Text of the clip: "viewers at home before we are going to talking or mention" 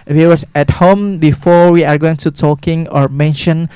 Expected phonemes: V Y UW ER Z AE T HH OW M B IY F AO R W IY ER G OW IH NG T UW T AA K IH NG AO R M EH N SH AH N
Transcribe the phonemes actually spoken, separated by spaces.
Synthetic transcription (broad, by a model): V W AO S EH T HH OW M B IY F AO R W IY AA G OW IH NG T UW T AA K IH NG AO R M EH N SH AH N